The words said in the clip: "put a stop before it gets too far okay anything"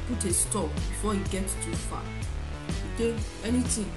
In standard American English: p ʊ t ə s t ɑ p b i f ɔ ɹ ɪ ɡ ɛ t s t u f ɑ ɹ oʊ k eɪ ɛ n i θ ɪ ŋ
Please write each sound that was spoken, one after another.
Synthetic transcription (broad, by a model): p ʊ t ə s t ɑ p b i f ɔ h ɪ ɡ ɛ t t u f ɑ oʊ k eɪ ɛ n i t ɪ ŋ